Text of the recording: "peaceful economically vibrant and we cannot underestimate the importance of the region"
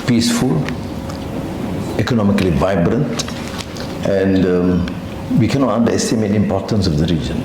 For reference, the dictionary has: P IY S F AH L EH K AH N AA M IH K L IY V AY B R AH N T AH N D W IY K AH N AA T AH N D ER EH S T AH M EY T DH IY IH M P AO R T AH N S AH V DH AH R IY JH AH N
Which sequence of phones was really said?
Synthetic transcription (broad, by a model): P IY S F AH L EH K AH N AA M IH K L IY V AY B R AH N T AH N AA W IY K AH N AA T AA N D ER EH S T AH M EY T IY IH M P AO T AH N S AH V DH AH R IY JH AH N